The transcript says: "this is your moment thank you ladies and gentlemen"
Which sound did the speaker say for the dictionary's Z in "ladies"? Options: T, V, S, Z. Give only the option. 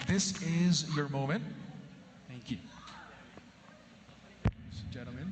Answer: S